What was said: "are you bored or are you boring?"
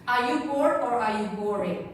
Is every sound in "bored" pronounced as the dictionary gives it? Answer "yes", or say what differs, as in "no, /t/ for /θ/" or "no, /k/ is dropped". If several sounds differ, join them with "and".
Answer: no, /d/ is dropped